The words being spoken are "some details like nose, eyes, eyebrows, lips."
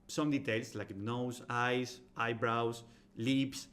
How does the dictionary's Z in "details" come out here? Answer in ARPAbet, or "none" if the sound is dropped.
S